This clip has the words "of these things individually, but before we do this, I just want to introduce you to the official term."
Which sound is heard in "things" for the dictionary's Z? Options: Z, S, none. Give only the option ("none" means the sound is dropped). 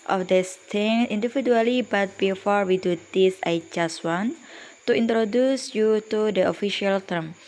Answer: none